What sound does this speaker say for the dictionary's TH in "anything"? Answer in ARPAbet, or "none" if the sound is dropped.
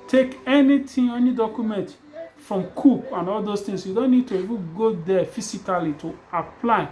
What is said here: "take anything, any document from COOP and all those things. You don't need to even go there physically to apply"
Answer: T